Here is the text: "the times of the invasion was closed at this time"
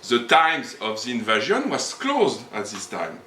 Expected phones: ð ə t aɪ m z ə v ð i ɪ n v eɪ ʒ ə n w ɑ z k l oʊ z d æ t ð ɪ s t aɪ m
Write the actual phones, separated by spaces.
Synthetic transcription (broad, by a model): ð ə t aɪ m z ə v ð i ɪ n v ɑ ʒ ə n w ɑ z k l oʊ z d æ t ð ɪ s t aɪ m